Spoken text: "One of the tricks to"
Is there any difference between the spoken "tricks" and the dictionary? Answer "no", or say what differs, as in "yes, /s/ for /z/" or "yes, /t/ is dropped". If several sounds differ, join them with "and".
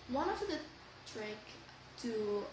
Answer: yes, /s/ is dropped